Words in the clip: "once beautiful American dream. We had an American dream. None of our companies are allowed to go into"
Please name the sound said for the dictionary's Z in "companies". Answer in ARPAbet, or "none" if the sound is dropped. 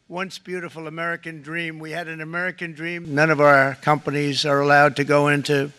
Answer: Z